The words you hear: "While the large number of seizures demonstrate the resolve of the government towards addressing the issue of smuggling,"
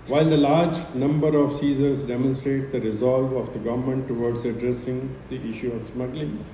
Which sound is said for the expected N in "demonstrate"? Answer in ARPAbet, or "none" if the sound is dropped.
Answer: N